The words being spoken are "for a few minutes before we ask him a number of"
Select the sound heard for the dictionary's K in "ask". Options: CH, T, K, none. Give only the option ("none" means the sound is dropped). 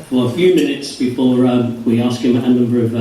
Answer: K